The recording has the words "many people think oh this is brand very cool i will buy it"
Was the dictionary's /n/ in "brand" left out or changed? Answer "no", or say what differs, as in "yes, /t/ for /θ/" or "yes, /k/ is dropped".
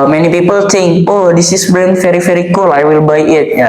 yes, /n/ is dropped